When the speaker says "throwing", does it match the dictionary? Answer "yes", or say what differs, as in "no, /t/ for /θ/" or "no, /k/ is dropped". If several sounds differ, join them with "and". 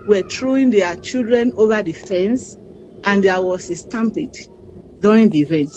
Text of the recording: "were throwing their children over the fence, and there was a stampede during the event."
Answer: no, /t/ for /θ/